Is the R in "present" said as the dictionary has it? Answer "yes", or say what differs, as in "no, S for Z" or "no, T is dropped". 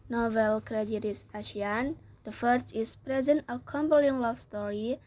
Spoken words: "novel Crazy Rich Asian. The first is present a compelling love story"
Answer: yes